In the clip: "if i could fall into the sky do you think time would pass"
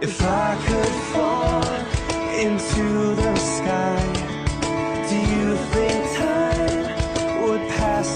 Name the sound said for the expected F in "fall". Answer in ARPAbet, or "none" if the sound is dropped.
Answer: F